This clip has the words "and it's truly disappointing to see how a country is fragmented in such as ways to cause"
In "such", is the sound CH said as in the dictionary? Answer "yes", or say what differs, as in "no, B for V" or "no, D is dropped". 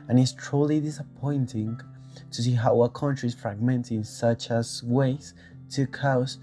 yes